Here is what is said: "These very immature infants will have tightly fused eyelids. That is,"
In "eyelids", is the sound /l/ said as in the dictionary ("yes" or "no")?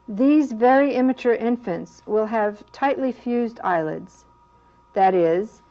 yes